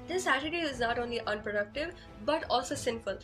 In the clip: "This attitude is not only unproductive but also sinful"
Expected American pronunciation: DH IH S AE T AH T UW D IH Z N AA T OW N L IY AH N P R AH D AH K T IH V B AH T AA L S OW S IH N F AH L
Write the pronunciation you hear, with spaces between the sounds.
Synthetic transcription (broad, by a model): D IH S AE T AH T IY IH Z N AA T OW N L IY AH N P R AH D AH K T IH V B AH T AA L S OW S IH N F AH L